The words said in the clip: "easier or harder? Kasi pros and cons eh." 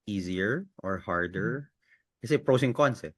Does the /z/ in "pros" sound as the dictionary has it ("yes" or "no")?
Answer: no